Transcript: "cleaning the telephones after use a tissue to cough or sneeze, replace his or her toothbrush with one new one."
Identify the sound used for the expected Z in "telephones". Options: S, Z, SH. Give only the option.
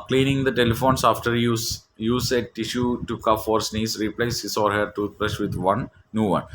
S